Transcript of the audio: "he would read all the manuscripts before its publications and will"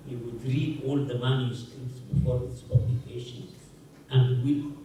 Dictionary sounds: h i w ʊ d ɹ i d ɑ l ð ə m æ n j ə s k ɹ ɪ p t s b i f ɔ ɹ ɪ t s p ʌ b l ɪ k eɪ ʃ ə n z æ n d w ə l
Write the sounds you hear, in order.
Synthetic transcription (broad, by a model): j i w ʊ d ɹ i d ɑ l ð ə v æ l j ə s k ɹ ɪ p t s b i f ɔ ɹ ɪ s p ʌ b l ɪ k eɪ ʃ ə n æ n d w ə